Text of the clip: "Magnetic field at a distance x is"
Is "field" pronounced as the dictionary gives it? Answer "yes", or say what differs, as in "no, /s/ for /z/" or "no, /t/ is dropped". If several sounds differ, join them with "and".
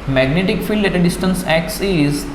yes